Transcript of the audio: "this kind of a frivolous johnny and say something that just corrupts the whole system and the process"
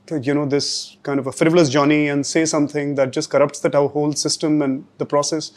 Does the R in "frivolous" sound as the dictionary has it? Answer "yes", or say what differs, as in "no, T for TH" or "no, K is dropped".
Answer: yes